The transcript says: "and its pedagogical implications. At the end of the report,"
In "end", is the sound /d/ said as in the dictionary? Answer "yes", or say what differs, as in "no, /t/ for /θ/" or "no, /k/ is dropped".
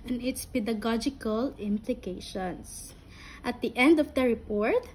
yes